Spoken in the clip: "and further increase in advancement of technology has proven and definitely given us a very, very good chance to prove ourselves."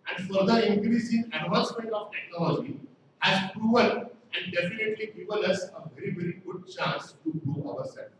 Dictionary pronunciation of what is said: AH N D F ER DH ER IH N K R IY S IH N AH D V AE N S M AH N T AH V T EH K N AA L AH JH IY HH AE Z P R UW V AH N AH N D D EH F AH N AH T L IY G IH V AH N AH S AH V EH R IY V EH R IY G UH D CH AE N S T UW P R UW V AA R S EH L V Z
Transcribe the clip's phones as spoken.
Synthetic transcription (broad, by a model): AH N D F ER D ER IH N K R IY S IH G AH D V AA N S M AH N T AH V T EH K N AA L AH JH IY HH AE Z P R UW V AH L AH N D D EH F AH N AH T L IY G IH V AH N AH S AH V EH R IY V EH R IY G UH D CH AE N S T UW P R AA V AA R S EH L